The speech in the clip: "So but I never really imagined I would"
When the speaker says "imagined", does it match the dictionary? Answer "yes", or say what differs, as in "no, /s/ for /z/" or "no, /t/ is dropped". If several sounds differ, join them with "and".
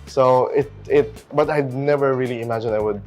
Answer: no, /d/ is dropped